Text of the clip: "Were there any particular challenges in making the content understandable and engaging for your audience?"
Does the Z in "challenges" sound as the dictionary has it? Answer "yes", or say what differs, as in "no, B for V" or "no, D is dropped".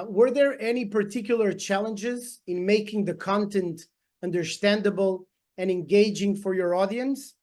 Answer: yes